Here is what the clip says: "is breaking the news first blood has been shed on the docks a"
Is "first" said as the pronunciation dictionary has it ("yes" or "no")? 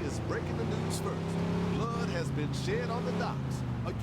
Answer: no